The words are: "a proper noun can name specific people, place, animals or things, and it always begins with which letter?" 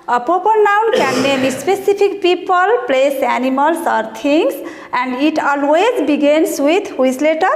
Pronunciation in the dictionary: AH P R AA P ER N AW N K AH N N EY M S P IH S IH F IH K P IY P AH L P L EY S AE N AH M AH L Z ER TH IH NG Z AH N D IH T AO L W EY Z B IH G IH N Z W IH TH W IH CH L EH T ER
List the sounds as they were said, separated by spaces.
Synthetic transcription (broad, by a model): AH P AA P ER N AW N K AH N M EY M S P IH S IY P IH K P IY P AH L P L EY S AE N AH M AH L S ER T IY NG S AH N D IH T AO L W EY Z B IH G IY N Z W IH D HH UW S L EH T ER